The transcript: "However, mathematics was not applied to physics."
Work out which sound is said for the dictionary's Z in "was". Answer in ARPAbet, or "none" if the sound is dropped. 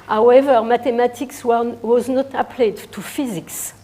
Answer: Z